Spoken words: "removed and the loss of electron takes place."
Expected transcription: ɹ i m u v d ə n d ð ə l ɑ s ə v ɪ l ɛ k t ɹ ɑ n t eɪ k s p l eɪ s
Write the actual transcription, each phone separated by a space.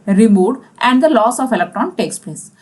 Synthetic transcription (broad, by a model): ɹ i m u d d ə n d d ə l ɑ s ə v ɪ l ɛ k t ɑ n t eɪ k s p l eɪ s